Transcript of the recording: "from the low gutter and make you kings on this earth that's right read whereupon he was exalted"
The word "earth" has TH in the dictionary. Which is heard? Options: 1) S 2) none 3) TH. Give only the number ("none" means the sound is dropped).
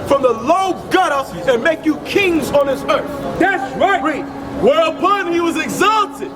3